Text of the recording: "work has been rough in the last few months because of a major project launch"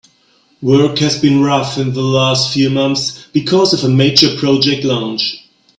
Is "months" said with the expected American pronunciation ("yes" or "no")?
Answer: yes